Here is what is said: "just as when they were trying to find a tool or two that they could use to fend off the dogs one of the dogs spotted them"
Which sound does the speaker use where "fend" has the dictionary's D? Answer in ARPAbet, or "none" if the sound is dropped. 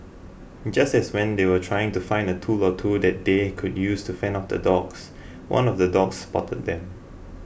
none